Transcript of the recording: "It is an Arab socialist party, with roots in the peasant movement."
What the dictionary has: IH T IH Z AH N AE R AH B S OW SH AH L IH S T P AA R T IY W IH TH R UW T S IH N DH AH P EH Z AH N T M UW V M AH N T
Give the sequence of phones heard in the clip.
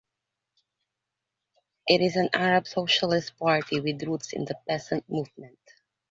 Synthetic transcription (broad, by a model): IH T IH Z AH N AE R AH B S OW SH AH L IH S T P AA R T IY W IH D R UW T S IH N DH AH P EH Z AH N T M UW V M AH N T